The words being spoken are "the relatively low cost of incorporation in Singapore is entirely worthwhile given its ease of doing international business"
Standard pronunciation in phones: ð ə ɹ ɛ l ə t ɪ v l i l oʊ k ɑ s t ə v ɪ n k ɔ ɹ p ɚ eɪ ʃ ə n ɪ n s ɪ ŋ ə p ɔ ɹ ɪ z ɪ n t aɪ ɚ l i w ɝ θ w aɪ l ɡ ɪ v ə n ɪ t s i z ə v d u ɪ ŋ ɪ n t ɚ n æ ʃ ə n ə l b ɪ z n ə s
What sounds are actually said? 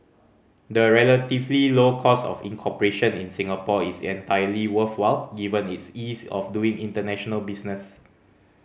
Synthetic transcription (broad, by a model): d ə ɹ ɛ l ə t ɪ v l i l oʊ k ɑ s ə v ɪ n k ɔ p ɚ eɪ ʃ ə n ɪ n s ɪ ŋ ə p ɔ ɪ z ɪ n t aɪ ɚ l i w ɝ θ w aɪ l ɡ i v ə n ɪ t s i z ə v d u ɪ ŋ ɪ n t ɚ n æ ʃ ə n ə l b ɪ s n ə s